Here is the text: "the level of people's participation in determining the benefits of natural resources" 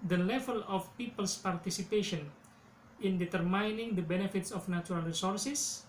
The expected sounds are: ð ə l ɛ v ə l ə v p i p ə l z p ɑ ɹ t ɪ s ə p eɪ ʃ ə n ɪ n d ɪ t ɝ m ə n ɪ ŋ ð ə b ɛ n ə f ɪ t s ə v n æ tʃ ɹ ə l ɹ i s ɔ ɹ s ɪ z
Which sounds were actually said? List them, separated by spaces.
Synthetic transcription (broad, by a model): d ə l ɛ v ə l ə f p i p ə l s p ɑ ɹ t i s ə p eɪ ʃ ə n ɪ n d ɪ t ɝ m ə n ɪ ŋ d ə b ɛ n ə f ɪ t s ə f n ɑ tʃ ɹ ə l ɹ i s ɔ ɹ s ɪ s